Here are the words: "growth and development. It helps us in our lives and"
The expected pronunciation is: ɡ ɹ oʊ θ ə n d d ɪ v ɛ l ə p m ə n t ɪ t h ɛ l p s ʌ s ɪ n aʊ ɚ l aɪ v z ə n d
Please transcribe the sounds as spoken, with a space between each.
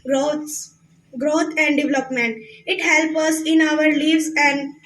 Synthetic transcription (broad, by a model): ɡ ɹ oʊ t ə n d d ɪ v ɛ l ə p m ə n t ɪ t h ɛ l p ʌ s ɪ n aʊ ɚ l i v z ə n d